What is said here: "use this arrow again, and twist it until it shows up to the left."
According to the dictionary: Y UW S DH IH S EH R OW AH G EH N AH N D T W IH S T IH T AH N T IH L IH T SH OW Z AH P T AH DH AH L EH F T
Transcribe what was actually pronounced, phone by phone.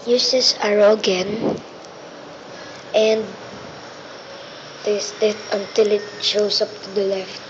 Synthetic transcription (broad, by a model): Y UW S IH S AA R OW G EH N AH N D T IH S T IH T AH N T IH L IH T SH OW S AH P T AH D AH L EH F T